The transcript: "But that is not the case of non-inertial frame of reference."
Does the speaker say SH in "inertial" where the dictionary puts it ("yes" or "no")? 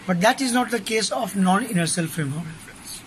no